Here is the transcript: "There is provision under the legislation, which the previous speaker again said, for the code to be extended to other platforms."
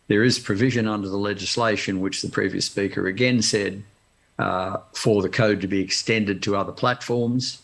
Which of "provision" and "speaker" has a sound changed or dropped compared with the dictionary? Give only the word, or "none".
none